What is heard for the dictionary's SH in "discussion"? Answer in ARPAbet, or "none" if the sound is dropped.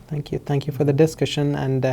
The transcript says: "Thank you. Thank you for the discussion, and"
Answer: SH